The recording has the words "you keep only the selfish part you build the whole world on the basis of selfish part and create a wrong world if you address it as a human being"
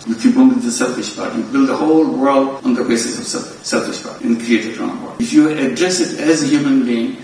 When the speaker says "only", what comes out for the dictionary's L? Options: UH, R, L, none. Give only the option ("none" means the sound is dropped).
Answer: none